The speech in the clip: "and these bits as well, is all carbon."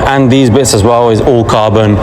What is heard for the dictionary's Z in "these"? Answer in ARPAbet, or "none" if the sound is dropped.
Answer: Z